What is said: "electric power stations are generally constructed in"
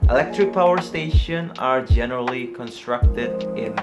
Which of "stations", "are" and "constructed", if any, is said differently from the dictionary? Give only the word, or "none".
stations